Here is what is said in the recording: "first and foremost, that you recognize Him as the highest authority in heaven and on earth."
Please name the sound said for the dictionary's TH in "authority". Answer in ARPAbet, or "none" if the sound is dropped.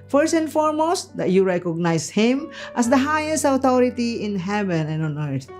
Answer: T